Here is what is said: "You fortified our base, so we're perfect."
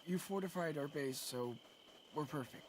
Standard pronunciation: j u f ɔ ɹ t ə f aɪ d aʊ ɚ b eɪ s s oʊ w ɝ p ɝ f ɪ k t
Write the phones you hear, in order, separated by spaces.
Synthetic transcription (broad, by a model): j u f ɔ ɹ t ə f aɪ d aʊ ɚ b eɪ s s oʊ w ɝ p ɝ f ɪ k t